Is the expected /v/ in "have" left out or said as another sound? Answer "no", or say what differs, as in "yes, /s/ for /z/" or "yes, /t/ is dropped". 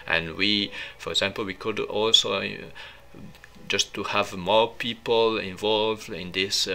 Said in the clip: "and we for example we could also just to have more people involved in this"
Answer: no